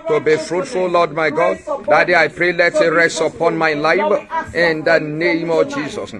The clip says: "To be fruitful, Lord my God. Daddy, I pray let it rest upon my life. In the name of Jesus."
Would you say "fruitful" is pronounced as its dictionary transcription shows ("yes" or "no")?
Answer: yes